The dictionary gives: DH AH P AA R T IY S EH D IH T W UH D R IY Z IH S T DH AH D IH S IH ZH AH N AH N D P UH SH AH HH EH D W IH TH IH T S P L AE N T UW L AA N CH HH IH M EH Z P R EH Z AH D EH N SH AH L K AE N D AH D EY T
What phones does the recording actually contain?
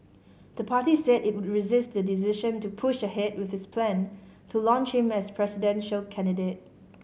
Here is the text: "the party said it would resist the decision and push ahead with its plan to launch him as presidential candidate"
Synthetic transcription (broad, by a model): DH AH P AA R T IY S EH D IH T W UH D R IY Z IH S T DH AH D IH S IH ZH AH N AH P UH SH AH HH EH D W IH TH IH S P L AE N T UW L AA N CH HH IH M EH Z P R EH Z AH D EH N SH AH L K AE N D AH D EY T